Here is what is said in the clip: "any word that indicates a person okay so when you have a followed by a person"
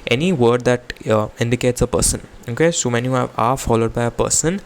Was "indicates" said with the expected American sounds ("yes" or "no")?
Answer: yes